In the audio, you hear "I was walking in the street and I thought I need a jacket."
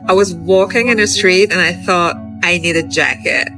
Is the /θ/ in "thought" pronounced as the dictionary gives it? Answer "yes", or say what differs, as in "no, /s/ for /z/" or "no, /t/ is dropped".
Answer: yes